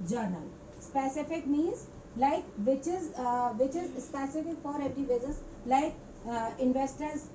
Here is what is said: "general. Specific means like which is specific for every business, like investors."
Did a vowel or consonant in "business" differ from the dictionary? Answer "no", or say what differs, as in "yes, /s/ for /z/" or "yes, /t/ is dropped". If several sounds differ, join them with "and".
yes, /n/ is dropped